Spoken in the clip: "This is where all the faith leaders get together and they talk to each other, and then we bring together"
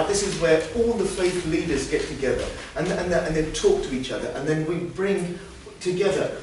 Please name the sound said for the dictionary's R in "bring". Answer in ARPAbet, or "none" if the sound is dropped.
R